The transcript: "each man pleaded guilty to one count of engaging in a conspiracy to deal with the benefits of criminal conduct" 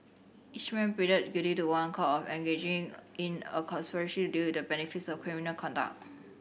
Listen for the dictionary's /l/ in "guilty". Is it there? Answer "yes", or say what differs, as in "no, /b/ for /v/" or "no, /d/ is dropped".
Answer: no, /l/ is dropped